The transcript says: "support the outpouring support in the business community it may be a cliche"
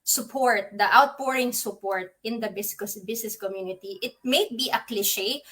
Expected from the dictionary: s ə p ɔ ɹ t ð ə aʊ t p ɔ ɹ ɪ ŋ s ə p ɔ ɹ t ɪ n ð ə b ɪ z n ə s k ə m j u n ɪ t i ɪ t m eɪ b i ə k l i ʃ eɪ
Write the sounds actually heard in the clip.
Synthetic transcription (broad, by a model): s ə p ɔ ɹ t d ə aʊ t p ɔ ɹ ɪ ŋ s ə p ɔ ɹ t ɪ n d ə b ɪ s n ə s k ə m j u n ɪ t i ɪ t m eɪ b i ə k l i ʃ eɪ